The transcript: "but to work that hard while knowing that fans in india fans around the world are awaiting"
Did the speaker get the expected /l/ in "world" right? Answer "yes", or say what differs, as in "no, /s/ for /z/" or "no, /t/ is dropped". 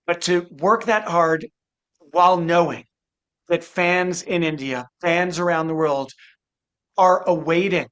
yes